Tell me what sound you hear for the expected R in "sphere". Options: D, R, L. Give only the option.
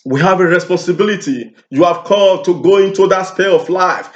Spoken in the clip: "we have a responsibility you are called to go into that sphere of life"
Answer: L